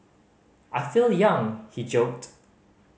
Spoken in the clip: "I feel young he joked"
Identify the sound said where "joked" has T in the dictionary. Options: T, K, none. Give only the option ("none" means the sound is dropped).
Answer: T